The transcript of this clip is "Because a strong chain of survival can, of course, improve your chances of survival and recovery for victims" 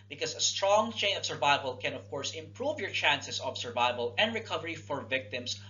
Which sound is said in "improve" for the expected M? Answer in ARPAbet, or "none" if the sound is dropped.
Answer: M